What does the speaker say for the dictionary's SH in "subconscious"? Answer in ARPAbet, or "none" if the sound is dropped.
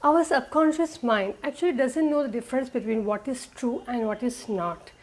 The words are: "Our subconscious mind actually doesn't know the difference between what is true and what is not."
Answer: SH